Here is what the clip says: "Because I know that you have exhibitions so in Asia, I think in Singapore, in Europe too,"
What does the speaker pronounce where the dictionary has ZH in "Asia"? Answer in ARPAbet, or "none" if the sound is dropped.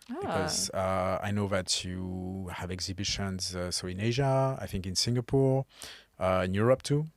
ZH